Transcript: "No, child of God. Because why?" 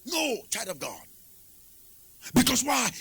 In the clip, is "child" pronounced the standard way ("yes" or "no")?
no